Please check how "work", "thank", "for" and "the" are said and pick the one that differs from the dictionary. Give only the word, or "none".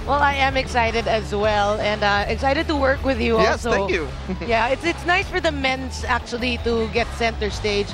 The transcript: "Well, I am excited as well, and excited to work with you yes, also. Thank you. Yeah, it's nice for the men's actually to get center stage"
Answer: thank